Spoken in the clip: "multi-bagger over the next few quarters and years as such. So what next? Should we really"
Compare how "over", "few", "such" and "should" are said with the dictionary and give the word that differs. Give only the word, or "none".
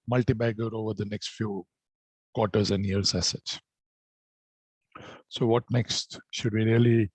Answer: such